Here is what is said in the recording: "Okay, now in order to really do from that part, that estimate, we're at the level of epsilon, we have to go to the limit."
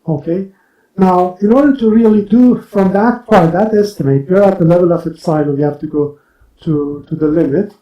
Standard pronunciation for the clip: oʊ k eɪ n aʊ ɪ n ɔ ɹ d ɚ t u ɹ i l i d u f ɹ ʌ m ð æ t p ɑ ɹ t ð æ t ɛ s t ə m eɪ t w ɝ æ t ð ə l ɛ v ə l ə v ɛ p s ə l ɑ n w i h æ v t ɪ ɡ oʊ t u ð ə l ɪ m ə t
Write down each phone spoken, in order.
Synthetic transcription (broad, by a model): oʊ k eɪ n aʊ ɪ n ɔ ɹ d ɚ t u ɹ i l i d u f ɹ ʌ m ð æ t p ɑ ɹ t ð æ t ɛ s t ə m eɪ t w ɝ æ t ð ə l ɛ v ə l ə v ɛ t s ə ɪ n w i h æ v t ɪ ɡ oʊ t u ð ə l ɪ m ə t